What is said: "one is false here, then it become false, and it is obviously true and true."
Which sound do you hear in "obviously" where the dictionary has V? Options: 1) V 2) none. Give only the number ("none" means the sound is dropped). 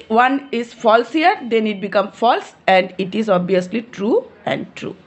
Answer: 2